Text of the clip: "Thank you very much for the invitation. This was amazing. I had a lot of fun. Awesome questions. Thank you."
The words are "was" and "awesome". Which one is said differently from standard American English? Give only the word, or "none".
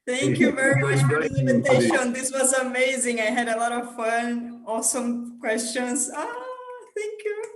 none